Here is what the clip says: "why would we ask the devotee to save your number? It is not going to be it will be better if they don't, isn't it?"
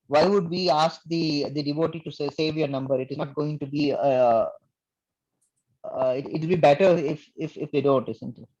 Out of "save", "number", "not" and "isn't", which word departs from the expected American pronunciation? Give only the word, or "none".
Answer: isn't